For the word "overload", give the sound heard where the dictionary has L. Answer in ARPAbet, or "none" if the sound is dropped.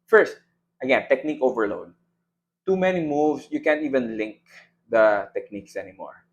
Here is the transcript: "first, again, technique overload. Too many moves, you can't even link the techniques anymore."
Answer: L